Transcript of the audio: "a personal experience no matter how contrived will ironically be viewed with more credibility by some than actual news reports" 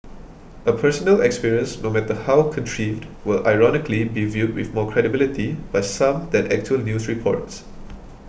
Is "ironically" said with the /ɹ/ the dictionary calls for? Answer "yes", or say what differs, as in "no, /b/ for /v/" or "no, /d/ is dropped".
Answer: yes